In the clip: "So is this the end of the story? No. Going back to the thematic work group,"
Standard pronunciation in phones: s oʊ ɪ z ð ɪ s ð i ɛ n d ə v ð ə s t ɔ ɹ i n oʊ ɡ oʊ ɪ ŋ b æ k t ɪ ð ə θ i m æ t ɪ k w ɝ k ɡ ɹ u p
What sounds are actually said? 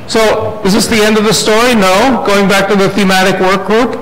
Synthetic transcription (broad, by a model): s oʊ ɪ z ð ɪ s ð i ɛ n d ə v ð ə s t ɔ ɹ i n oʊ ɡ oʊ ɪ ŋ b æ k t ɪ ð ə θ i m æ t ɪ k w ɝ k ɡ ɹ u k